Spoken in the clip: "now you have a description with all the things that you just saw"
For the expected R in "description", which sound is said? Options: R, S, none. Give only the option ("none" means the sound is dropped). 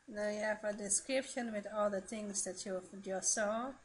R